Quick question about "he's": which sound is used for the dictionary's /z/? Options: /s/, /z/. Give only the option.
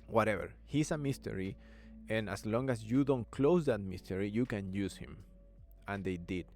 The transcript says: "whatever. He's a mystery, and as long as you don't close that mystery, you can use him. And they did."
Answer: /s/